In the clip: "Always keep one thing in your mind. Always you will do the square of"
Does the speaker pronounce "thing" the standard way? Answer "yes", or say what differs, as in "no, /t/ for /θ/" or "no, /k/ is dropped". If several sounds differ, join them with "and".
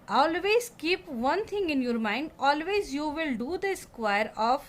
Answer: no, /t/ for /θ/